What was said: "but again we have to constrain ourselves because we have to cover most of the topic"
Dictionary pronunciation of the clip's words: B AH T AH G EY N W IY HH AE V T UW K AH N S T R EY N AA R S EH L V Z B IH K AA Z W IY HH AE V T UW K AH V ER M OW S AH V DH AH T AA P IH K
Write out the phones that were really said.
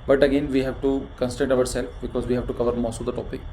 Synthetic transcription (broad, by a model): B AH T AH G EY N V IY HH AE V T UW K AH N S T EY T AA R S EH L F B IH K AA Z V IY HH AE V T UW K AH V ER M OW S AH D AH T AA P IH K